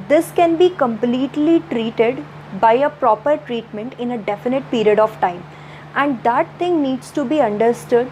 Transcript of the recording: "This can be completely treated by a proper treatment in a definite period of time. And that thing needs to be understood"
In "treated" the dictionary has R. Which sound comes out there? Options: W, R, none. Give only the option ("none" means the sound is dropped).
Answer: R